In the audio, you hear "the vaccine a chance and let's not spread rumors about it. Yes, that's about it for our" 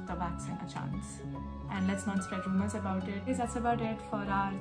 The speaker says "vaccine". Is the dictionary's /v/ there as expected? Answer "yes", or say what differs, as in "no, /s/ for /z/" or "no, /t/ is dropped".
no, /b/ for /v/